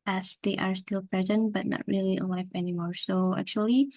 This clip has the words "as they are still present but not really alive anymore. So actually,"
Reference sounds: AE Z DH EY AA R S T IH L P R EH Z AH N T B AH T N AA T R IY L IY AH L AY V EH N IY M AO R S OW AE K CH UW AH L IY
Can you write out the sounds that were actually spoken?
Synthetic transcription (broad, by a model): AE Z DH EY AA R S T IH L P R EH Z AH N T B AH T N AA T R IY L IY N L AY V EH N IY M AO R S OW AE K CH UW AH L IY